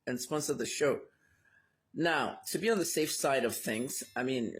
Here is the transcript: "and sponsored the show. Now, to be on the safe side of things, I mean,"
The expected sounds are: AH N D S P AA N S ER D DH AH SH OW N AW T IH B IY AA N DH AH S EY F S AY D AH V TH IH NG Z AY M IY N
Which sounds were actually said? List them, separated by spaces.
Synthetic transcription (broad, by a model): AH N S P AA N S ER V DH AH SH OW N AW T IH B IY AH N DH AH S EY F S AY D AH V TH IH NG Z AY M IY N